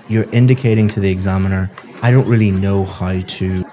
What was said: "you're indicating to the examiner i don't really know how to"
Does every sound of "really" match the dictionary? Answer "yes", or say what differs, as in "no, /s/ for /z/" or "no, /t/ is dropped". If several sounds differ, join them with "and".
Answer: yes